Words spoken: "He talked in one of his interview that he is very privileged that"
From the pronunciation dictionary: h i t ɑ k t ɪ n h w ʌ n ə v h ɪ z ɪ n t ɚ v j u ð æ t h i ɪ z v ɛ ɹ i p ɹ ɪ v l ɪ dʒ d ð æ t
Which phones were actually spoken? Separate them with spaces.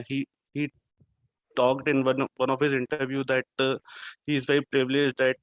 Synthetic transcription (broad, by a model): h i t ɑ k t ɪ n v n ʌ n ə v h ɪ z ɪ n t ɚ v j u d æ t h i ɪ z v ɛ i p ɹ ɪ v l ɪ dʒ d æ t